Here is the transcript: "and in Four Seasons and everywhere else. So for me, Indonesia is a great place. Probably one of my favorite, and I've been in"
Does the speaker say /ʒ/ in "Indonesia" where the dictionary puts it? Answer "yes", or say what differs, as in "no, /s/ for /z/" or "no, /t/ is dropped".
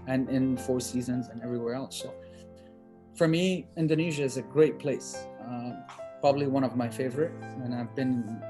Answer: yes